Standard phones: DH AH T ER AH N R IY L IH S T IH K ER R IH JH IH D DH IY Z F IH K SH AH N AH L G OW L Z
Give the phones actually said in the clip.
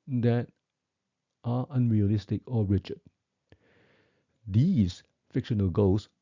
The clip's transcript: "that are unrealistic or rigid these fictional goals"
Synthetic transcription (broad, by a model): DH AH T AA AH N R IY L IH S T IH K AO R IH CH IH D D IY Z F IH K SH AH N AH L G OW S